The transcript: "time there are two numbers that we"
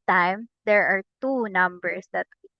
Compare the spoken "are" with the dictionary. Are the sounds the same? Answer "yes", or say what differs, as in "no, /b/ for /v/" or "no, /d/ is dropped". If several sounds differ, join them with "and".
yes